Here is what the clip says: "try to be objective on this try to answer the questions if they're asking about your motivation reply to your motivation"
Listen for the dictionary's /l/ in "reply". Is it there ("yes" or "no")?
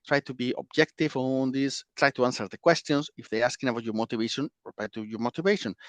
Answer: no